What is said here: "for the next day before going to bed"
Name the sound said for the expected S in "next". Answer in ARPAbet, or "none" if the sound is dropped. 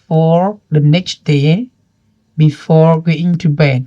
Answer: S